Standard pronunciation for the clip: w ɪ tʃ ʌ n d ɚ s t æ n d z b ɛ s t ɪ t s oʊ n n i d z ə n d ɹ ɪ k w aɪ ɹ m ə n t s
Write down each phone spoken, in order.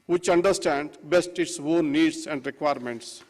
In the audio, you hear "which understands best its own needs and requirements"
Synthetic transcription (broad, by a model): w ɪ tʃ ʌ n d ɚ s t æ n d b ɛ s t ɪ t s oʊ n n i d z ə n d ɹ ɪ k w aɪ ɹ m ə n t s